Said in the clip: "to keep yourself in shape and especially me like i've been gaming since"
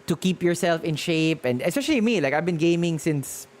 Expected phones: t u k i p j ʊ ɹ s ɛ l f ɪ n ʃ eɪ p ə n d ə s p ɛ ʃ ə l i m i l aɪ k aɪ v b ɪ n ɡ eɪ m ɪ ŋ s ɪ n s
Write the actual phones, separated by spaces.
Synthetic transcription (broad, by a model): t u k i p j ʊ ɹ s ɛ l f ɪ n ʃ eɪ p ə n d ə s p ɛ ʃ ə l i m i l aɪ k aɪ v b ɪ n ɡ eɪ m ɪ ŋ s ɪ n s